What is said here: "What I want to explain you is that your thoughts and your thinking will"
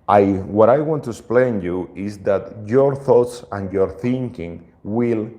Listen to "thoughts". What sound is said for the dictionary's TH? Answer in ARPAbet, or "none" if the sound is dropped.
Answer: TH